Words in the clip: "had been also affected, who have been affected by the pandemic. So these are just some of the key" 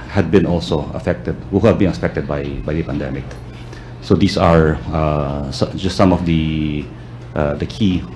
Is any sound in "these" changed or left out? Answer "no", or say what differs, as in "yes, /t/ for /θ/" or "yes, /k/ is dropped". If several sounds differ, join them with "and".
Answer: yes, /s/ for /z/